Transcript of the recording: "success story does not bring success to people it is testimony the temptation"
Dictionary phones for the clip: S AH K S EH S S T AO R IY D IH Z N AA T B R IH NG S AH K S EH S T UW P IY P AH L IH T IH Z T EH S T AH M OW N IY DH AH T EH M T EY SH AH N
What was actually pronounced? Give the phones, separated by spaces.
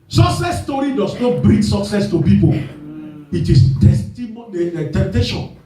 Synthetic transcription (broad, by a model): S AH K S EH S S T AO R IY D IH S N AA T B R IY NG S AH K S EH S T UW P IY P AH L IH T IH S T EH S T AH M OW N IY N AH T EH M T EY SH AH N